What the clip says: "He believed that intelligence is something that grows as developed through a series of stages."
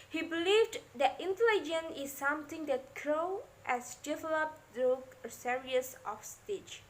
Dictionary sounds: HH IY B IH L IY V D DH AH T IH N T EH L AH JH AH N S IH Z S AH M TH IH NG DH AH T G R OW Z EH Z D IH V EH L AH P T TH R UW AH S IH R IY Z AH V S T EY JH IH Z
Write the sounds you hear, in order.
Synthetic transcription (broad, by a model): HH IY B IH L IY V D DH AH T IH N T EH L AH JH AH N IH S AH M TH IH NG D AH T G R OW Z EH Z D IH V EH L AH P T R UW AH S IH R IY S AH F S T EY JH